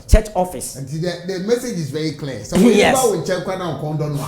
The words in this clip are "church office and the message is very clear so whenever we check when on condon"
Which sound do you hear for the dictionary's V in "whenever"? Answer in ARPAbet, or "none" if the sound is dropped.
W